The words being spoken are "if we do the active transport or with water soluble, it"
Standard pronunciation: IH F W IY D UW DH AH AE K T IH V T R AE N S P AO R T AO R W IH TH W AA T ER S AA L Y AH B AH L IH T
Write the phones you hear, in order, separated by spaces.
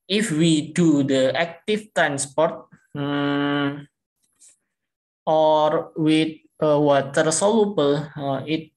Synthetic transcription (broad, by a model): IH F W IY D UW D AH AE K T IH F T R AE N S P AO R T AO R W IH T W AA T ER S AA L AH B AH L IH T